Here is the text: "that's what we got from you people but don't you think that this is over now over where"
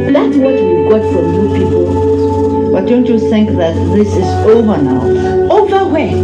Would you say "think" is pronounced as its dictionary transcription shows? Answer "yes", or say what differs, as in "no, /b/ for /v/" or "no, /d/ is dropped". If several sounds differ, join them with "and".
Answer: yes